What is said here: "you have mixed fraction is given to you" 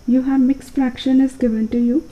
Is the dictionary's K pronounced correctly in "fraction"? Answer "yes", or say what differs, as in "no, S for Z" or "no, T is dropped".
yes